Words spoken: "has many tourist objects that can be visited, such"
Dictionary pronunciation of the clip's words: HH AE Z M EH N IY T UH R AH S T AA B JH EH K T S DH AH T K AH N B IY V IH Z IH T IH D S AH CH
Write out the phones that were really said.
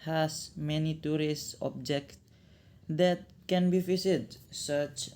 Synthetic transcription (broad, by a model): HH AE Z M EH N IY T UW R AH S T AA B JH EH K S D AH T K AH N B IY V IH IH S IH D S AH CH